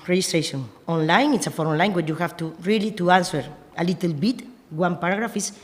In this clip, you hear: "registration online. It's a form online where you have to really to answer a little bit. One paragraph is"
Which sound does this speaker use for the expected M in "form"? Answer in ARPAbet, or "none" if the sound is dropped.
none